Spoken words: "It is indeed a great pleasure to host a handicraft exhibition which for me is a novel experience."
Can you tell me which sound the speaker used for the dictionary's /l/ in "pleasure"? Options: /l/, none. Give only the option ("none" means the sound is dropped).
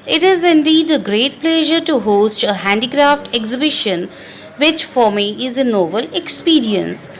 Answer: /l/